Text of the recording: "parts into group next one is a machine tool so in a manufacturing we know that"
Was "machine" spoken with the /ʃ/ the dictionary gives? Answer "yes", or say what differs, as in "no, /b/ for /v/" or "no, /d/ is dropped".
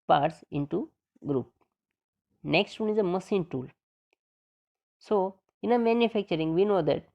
no, /s/ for /ʃ/